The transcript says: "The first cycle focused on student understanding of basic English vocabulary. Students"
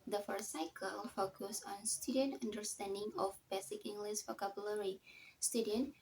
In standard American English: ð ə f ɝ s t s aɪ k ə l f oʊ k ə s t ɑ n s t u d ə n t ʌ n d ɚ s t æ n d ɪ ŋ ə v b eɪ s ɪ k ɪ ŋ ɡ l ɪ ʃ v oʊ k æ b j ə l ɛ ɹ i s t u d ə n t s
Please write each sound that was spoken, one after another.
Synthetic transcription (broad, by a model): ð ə f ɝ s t s aɪ k ə l f oʊ k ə s ɑ n s t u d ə n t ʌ n d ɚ s t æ n d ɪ ŋ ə f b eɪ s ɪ k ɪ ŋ ɡ l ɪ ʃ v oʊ k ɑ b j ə l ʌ ɹ i s t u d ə n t